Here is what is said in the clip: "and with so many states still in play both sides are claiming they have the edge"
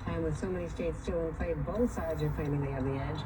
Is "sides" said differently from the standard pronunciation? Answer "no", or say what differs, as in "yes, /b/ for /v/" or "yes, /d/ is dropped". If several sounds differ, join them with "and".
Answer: no